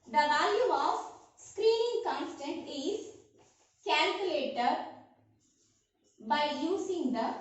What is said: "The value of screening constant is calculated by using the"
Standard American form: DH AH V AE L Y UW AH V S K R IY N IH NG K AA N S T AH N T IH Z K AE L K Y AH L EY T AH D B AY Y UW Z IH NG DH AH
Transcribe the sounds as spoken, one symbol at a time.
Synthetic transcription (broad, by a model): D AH V AE L Y UW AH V S K R IY N IH NG K AA N S T AH N T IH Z K AE L K Y AH L EY T AH D B AY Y UW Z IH NG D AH